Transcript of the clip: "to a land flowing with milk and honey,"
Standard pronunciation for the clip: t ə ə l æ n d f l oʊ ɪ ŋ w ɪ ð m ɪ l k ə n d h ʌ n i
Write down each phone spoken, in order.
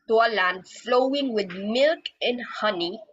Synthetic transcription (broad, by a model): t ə ə l æ n d f l oʊ ɪ ŋ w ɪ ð m ɪ l k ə n h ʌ n i